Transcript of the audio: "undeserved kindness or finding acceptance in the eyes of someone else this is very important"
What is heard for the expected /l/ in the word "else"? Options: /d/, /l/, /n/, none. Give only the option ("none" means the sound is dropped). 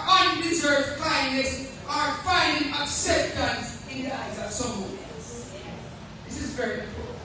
none